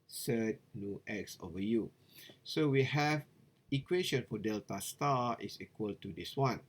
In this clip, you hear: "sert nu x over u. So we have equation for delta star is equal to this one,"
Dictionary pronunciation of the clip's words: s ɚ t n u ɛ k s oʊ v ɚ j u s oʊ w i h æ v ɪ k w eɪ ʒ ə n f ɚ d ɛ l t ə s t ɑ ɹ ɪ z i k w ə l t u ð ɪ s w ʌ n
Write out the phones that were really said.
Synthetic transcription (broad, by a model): s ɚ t n u ɛ k s oʊ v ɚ j u s oʊ w i h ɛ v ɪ k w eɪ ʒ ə n f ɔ d ɛ l t ə s t ɑ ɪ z i k w ə l t u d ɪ s w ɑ n